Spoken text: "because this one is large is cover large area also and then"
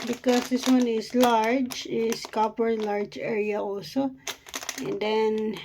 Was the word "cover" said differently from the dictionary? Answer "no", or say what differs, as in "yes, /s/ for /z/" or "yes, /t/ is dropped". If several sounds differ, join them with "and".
yes, /p/ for /v/